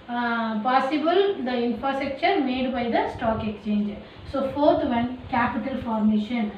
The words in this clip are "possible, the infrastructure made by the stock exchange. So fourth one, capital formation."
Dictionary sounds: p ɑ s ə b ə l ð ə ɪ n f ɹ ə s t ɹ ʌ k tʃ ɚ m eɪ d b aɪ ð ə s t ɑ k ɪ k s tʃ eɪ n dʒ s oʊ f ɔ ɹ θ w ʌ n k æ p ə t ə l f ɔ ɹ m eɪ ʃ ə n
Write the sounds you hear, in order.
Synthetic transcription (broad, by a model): p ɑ s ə b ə l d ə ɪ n f ɹ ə s t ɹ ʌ k tʃ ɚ m eɪ d b aɪ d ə s t ɑ k ɪ k s tʃ eɪ n dʒ s oʊ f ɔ ɹ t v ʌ n k æ p ə t ə l f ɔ ɹ m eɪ ʃ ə n